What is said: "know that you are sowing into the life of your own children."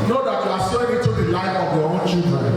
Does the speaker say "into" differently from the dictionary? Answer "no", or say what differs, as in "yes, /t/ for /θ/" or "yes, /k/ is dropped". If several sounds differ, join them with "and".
yes, /n/ is dropped